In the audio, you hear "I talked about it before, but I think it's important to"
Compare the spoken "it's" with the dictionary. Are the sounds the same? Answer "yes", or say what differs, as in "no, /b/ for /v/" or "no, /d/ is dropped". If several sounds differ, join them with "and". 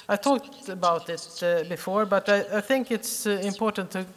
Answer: yes